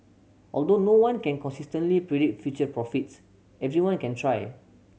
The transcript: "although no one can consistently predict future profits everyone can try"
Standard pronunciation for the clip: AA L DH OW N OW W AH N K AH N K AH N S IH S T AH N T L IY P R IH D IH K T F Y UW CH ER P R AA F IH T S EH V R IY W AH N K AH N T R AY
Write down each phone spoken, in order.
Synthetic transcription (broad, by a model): AA L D OW N OW W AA N K AH N K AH N S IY S T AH N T L IY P R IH D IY T F Y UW CH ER P R AA F IH T S EH V R IY W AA N K AH N T R AY